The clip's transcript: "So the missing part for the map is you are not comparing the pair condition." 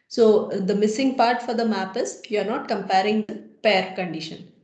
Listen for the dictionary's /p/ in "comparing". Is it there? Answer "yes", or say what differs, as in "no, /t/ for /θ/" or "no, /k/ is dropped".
yes